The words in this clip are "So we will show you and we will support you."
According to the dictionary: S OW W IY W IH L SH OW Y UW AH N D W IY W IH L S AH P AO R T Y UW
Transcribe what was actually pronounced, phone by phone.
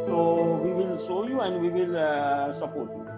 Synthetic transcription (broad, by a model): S OW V IY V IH L S OW Y UW AH N D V IY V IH L S AH P AO R T Y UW